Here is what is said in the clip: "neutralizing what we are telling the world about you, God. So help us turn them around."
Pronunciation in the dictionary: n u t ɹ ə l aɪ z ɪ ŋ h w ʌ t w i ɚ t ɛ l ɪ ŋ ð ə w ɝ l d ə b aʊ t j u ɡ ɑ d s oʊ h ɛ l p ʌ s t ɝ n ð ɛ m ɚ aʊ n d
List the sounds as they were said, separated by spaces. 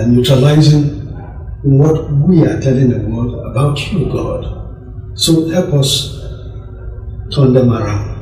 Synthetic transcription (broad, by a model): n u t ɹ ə l aɪ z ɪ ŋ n w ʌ t w i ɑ t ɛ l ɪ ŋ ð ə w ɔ d ə b aʊ t j u ɡ ɑ d s oʊ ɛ p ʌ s t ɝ n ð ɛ m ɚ aʊ n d